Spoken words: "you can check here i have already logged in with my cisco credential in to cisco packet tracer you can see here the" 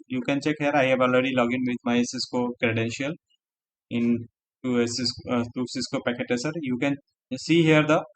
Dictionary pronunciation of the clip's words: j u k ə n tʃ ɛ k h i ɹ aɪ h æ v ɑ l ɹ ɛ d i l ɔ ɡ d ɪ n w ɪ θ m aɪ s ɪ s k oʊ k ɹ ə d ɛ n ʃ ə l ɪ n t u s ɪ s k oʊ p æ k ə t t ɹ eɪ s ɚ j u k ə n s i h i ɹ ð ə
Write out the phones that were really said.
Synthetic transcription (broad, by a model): j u k ə n tʃ ɛ k h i ɹ aɪ h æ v ɑ l ɹ ɛ d i l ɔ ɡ ɪ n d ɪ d m aɪ s ɪ s k oʊ k ɹ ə d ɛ n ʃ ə l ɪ n t u s ɪ s k oʊ p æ k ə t t eɪ s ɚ j u k ə n s i h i ɹ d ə